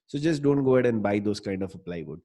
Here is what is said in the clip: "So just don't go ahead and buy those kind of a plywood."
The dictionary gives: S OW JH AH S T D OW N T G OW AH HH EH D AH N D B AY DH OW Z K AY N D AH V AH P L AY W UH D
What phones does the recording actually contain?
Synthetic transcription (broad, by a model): S OW JH AH S T D OW N T G OW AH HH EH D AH N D B AY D OW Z K AY N D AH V AH P L AY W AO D